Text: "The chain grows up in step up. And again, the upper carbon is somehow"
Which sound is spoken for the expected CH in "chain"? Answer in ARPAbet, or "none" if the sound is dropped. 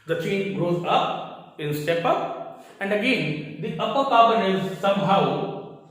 CH